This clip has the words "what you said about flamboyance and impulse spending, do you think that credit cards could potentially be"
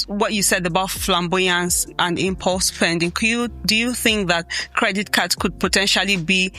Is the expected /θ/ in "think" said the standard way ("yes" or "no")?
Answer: yes